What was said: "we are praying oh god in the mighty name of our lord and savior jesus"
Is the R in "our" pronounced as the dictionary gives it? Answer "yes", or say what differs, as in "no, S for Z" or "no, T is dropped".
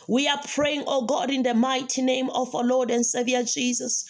no, W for R